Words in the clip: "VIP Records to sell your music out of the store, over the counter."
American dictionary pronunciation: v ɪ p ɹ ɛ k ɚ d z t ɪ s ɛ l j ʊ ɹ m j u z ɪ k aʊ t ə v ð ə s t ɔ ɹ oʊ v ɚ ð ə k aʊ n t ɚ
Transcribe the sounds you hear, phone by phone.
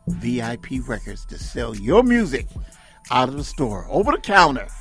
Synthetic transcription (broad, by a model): v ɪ p ɹ ɛ k ɚ d z t ɪ s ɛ l j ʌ ɹ m j u z ɪ k aʊ t ə v ð ə s t ɔ ɹ oʊ v ɚ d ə k aʊ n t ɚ